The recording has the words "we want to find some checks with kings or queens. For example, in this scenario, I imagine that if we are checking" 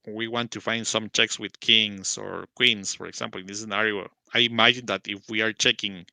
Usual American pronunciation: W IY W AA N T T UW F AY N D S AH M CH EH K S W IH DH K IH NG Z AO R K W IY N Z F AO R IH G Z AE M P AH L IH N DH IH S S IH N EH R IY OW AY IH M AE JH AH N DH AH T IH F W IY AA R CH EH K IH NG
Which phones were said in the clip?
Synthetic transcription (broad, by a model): W IY W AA N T T UW F AY N D S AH M CH EH K S W IH DH K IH NG S AO R K W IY N S F AO R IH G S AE M P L IH N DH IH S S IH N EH R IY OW AY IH M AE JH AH N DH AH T IH F W IY AA R CH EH K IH NG